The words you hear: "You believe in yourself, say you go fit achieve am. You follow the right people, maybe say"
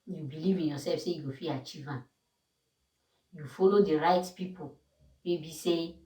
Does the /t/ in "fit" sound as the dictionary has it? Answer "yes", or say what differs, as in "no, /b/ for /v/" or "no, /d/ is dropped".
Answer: no, /t/ is dropped